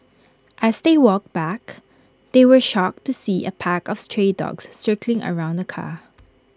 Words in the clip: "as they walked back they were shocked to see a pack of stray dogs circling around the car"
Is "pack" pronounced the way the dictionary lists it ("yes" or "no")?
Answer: yes